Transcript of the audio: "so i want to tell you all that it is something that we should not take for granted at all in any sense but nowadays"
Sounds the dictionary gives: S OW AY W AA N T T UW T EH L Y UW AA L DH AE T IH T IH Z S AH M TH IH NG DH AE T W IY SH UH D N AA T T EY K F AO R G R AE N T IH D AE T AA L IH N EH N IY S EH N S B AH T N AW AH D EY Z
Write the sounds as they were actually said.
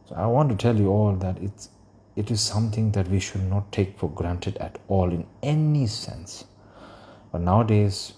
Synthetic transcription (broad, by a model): S OW AY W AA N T T UW T EH L Y UW AA L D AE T IH T IH Z S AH M T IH NG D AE T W IY SH UH D N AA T T EY K F AO R G R AE N T IH D AE T AA L IH N EH N IY S EH N S B AH T N AW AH D EY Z